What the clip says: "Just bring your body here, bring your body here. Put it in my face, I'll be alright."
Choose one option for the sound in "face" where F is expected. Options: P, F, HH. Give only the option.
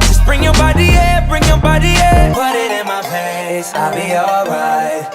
P